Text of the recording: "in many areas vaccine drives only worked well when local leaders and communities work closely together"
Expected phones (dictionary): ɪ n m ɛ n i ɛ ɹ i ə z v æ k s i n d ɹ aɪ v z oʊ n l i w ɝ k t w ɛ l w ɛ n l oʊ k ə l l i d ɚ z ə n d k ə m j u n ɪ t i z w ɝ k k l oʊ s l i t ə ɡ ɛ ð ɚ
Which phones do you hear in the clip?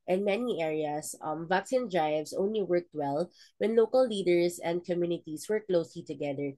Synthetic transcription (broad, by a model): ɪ n m ɛ n i ɛ ɹ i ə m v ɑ k s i n d ɹ aɪ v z oʊ n l i w ɝ k t w ɛ l w ɛ n l oʊ k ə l l i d ɚ s ə n d k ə m j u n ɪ t i s w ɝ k k l oʊ s l i t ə ɡ ɛ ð ɚ